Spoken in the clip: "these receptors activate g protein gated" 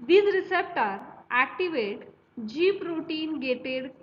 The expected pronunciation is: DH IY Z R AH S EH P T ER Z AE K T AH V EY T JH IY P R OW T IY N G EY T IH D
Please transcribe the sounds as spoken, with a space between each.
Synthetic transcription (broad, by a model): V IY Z R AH S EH P T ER AE K T AH V EY T JH IY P R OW T IY N G EY T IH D